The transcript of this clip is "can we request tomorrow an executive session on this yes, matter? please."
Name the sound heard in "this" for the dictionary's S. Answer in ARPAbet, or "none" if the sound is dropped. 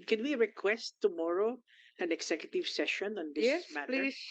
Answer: none